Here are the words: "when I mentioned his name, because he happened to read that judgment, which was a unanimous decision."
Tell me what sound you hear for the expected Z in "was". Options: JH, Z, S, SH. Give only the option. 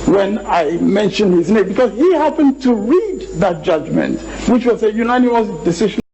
S